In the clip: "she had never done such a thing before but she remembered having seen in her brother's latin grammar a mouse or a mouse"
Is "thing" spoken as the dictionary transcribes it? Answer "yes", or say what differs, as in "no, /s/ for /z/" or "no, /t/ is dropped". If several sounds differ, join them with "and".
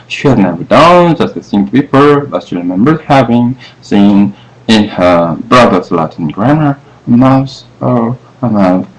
no, /s/ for /θ/